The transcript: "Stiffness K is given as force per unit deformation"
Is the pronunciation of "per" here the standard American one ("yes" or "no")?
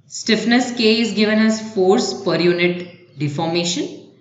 yes